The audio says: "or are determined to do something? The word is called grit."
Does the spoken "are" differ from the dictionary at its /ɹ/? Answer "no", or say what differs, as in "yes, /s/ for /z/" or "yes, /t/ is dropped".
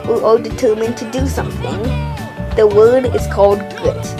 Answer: yes, /l/ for /ɹ/